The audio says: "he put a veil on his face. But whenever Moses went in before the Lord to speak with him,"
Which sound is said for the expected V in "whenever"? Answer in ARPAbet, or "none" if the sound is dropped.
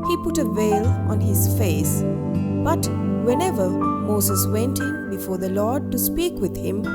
V